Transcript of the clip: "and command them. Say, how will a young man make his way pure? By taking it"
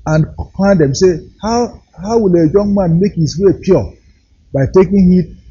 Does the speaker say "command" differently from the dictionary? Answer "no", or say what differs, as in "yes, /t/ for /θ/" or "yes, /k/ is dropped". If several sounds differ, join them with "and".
yes, /m/ is dropped